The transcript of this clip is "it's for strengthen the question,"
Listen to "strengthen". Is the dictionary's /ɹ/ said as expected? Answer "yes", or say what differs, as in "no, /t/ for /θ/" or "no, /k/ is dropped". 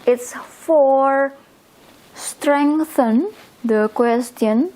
yes